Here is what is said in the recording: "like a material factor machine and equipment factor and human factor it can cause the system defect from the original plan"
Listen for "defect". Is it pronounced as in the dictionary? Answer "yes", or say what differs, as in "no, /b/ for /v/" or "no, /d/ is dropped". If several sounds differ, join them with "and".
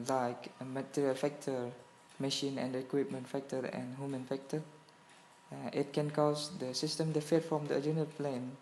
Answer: no, /k/ is dropped